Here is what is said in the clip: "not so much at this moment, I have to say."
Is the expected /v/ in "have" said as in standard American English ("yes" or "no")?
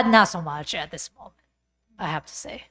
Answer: no